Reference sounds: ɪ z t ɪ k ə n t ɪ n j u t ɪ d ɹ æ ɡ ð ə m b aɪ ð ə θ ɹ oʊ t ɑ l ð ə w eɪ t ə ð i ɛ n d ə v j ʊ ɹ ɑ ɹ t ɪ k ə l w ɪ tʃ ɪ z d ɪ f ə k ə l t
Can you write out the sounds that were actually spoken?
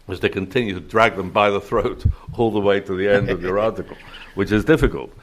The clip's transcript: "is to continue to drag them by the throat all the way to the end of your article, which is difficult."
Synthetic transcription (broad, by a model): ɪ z t ɪ k ə n t ɪ n j u t ɪ d ɹ æ ɡ ð ə m b aɪ ð ə θ ɹ oʊ t ɑ l ð ə w eɪ t ə ð i ɛ n d ə v j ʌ ɹ ɑ ɹ t ɪ k ə l w ɪ tʃ ɪ z d ɪ f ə k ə l t